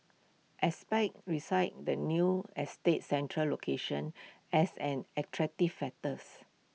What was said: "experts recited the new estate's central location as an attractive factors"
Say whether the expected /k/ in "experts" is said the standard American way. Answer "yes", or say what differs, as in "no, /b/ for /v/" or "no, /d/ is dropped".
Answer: no, /k/ is dropped